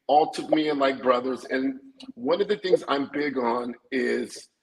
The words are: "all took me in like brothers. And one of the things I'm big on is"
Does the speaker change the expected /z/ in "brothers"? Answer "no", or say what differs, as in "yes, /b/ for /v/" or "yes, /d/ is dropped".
no